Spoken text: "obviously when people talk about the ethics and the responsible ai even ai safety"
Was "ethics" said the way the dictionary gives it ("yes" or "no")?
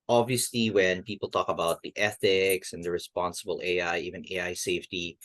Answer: yes